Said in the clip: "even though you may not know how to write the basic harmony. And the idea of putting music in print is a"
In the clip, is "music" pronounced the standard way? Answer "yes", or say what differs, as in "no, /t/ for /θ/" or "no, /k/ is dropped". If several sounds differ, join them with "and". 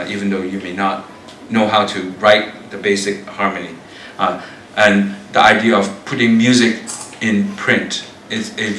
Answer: yes